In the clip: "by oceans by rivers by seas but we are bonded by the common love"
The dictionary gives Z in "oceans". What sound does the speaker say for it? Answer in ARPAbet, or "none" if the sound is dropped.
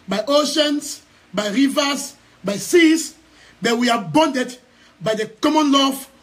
S